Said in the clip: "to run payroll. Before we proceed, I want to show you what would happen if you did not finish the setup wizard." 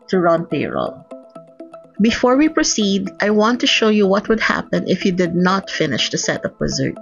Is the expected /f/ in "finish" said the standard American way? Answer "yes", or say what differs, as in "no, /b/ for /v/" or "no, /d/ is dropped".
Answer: yes